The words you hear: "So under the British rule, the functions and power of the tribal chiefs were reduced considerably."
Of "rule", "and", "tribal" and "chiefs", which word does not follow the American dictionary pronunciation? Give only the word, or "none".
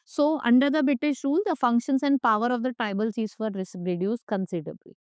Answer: chiefs